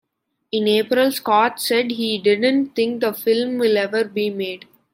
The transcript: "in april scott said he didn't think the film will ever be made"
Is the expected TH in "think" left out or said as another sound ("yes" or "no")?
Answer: yes